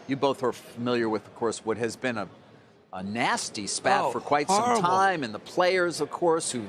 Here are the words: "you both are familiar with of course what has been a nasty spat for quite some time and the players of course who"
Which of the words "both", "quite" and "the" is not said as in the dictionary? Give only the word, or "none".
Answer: none